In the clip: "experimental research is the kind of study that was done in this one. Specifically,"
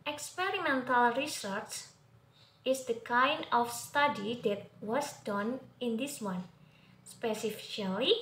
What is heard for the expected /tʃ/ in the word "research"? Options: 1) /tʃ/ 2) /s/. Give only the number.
2